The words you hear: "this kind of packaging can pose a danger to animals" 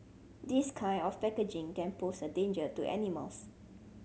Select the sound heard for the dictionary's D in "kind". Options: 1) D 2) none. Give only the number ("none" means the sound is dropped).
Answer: 2